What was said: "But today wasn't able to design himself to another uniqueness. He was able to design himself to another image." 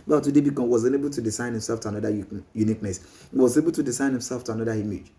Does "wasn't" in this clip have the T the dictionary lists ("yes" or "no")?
no